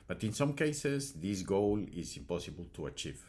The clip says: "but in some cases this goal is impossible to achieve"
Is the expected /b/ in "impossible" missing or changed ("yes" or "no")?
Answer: no